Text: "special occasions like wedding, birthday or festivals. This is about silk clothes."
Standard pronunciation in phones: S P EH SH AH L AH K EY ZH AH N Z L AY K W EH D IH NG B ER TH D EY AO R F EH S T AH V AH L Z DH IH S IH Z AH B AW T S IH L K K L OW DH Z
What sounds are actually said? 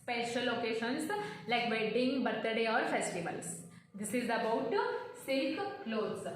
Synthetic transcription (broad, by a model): P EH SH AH L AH K EY SH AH N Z L AY K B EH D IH NG B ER T D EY AO R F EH S T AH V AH L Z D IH S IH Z AH B AW T S IH L K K L OW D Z